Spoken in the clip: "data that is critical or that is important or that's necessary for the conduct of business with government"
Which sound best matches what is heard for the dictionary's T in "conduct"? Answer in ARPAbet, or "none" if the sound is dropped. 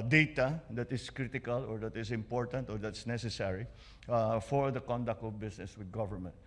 T